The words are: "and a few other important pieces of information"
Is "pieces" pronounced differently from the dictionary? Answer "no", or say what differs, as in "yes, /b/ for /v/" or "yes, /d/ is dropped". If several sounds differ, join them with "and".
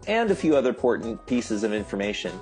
no